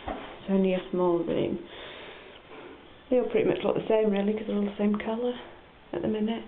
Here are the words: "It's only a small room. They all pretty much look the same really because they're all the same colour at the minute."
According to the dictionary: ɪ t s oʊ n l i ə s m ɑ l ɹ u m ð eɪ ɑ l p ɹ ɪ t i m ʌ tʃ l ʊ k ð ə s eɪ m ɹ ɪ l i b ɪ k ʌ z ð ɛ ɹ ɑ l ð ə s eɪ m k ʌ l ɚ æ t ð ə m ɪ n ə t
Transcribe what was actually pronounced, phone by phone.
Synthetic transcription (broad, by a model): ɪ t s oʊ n i ə s m ɑ l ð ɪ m ð eɪ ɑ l p ɹ ɪ t i m ʌ tʃ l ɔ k ð ə s eɪ m ɹ ɪ l i k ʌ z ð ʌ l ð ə s eɪ m k ʌ l ɚ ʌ t ð ə m ɪ n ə t